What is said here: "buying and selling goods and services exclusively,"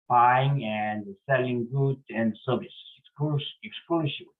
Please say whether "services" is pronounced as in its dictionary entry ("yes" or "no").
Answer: no